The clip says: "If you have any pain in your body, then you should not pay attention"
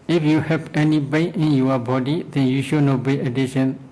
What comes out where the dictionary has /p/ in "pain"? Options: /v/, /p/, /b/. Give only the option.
/b/